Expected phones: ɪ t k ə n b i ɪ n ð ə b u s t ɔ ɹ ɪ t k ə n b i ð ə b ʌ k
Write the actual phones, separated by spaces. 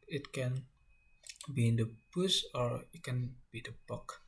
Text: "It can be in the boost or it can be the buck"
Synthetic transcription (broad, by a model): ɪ t k ə n b i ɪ n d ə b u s ɔ ɹ ɪ t k ə n b i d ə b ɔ k